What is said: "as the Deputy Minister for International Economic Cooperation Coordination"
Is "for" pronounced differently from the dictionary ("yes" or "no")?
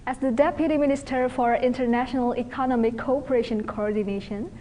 no